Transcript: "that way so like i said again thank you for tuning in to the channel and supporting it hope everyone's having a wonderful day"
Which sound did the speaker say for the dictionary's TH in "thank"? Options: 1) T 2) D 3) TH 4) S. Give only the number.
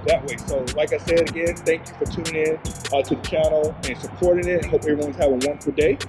3